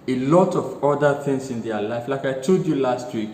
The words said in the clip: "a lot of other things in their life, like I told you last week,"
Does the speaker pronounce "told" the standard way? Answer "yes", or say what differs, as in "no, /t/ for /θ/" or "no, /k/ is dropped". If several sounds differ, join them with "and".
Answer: no, /l/ is dropped